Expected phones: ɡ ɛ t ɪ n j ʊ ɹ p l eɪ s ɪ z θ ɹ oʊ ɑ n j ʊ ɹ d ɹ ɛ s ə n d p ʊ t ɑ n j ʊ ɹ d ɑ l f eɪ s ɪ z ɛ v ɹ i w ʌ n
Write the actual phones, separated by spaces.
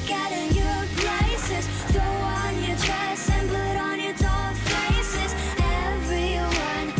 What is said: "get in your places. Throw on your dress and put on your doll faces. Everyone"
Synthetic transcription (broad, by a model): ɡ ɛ t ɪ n j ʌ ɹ p l eɪ s ɪ z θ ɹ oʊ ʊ n j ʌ ɹ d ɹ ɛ s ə n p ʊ t n j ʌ ɹ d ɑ f eɪ s ɪ z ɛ v ɹ i w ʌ n